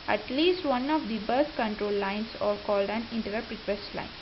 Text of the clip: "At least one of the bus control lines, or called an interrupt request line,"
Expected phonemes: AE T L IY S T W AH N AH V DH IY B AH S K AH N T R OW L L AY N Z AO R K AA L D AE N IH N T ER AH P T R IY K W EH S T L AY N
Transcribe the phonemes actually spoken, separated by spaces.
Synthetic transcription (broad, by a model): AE T L IY S T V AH N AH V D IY B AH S K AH N T R OW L L AY N S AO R K AA L D AE N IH N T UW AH P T R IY K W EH S L AY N